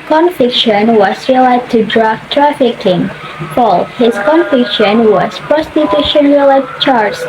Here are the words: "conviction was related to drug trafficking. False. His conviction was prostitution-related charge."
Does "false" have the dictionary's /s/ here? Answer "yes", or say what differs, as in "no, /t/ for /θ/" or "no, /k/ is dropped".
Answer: no, /s/ is dropped